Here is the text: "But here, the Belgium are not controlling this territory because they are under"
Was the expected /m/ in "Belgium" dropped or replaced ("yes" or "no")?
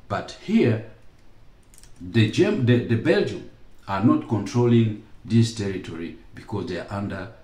no